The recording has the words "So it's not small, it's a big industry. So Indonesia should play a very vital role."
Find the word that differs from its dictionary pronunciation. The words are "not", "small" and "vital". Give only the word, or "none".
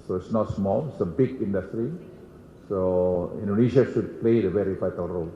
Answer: vital